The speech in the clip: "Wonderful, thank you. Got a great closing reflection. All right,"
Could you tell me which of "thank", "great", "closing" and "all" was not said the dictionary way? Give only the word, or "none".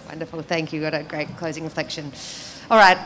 none